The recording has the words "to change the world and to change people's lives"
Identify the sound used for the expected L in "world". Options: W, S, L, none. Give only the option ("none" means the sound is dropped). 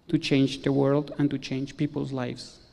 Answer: L